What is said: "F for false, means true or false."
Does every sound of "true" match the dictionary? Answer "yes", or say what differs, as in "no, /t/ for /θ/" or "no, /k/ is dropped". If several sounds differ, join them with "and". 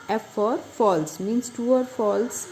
no, /ɹ/ is dropped